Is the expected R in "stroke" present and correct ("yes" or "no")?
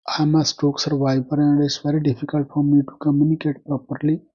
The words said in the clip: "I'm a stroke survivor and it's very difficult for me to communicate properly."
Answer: no